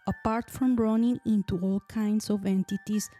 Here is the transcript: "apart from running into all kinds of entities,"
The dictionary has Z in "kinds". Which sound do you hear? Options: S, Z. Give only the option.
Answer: S